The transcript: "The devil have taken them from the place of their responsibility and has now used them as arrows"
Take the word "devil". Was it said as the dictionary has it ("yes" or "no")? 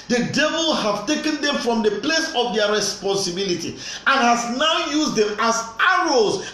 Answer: yes